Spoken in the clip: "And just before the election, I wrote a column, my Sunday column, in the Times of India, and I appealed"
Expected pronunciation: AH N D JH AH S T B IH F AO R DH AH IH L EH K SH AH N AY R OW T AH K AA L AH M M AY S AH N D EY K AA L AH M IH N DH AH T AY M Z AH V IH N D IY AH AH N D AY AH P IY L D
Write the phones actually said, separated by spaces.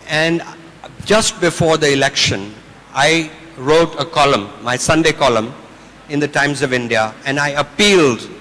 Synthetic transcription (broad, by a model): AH N D JH AH S T B IH F AO R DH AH IH L EH K SH AH N AY R OW T AH K AA L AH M M AY S AH N D EY K AA L AH M IH N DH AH T AY M Z AH V IH N D IY AH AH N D AY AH P IY L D